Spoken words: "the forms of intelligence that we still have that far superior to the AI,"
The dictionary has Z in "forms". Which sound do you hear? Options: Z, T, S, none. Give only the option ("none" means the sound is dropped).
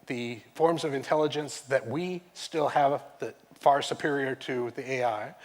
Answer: Z